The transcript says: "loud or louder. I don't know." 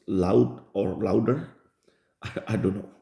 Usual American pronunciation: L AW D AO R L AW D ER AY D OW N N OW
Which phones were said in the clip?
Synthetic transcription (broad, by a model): L AW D AO R L AW D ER AY D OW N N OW